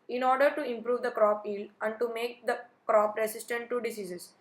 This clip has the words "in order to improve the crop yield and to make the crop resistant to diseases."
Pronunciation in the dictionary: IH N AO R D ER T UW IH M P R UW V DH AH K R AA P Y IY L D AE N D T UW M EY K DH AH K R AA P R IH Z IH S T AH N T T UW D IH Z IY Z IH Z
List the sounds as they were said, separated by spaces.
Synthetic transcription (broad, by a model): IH N AO R D ER T UW IH M P R UW V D AH K R AA P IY L AE N D T UW M EY K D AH K R AA P R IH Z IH S T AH N T T UW D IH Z IY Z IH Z